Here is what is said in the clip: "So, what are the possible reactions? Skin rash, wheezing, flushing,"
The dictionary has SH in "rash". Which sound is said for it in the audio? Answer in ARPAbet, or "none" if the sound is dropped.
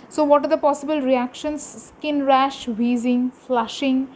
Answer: SH